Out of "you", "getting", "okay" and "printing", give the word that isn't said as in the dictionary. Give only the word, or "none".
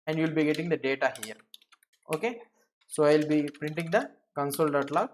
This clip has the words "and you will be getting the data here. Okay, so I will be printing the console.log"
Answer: none